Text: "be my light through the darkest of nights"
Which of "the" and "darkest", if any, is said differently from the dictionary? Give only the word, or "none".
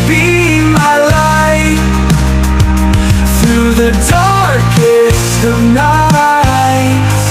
darkest